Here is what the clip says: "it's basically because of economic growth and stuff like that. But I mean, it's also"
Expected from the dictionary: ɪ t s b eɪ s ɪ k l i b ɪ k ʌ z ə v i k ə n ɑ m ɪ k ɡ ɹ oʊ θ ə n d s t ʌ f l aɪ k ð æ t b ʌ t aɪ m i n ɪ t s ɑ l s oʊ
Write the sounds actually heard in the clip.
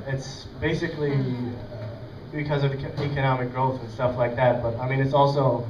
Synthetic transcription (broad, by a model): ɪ t s b eɪ s ɪ k l i b ɪ k ʌ z ə v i k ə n ɑ m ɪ k ɡ ɹ oʊ θ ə n s t ʌ f l aɪ k ð æ t b ʌ t aɪ m i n ɪ t s ɑ l s oʊ